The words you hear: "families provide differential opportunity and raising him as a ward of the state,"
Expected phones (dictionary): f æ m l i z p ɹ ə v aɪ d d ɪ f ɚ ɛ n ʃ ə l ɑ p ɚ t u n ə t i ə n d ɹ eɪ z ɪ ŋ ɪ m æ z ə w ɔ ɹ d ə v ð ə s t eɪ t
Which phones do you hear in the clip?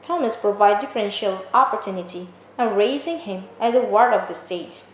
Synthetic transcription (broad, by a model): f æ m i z p ɹ ə v aɪ d d ɪ f ɚ ɛ n ʃ ə l ɑ p ɚ t u n ə t i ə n ɹ eɪ z ɪ ŋ ɪ m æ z ə w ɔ ɹ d ə v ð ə s t eɪ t